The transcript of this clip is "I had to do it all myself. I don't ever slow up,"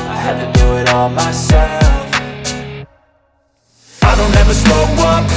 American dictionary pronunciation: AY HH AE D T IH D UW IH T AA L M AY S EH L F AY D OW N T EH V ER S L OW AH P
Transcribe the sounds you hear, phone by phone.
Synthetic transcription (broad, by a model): AY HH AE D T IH D UW IH T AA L M AY S EH L F AY D OW N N EH V ER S OW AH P